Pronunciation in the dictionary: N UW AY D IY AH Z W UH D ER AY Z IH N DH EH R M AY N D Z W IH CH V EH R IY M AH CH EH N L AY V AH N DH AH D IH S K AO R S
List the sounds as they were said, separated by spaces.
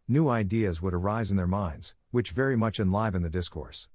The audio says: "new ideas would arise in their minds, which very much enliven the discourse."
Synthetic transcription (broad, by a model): N UW AY D IY AH Z W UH D ER AY Z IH N DH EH R M AY N D Z W IH CH V EH R IY M AH CH EH N L AY V AH N DH AH D IH S K AO R S